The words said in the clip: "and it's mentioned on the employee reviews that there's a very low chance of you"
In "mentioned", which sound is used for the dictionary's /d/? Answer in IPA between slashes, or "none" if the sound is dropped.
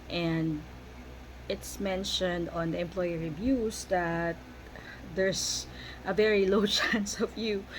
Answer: /d/